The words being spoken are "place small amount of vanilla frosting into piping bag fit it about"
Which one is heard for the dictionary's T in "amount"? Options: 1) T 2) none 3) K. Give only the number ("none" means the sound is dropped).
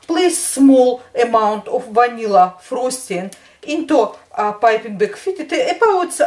1